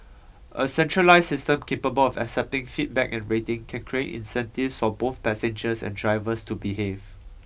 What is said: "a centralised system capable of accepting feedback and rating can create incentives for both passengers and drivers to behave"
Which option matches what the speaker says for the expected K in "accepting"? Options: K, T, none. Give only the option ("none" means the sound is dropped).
K